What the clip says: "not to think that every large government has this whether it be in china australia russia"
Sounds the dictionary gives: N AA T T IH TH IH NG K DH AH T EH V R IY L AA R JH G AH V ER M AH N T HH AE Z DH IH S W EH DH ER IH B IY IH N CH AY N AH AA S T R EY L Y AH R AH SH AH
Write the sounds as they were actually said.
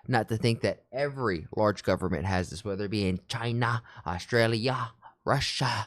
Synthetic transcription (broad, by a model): N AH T T IH TH IH NG K DH AH T EH V R IY L AA R JH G AH V ER M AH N T HH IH Z DH IH S W EH DH ER B IY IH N CH AY N AH AA S T R EY L Y AH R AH SH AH